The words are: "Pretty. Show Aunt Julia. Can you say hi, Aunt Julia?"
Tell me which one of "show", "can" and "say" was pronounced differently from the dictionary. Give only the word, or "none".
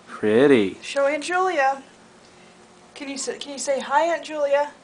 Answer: none